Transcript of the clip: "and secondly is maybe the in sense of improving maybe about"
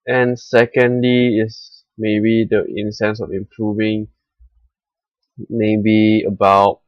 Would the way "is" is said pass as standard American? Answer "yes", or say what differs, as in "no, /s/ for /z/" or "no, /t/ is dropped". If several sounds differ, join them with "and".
no, /s/ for /z/